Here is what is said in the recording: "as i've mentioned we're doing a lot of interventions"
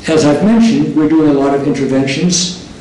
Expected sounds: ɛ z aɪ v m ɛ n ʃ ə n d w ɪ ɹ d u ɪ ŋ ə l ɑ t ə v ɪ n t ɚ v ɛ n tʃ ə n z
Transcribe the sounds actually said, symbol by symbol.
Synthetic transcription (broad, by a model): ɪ z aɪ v m ɛ n ʃ ə n d w ɪ ɹ d u ɪ ŋ ə l ɑ t ə v ɪ n t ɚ v ɛ n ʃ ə n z